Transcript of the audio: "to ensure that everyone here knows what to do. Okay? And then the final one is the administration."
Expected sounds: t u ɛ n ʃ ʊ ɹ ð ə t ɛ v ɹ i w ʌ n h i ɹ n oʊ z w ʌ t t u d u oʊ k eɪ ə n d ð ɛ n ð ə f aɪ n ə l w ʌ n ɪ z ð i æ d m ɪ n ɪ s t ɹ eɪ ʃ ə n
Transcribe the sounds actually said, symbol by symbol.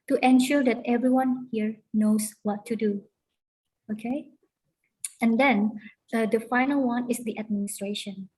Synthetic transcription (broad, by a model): t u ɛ n ʃ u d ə t ɛ v ɹ i w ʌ n h i ɹ n oʊ s w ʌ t t u d u oʊ k eɪ ə n d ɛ n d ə f aɪ n ə l w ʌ n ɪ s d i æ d m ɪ n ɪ s t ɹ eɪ ʃ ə n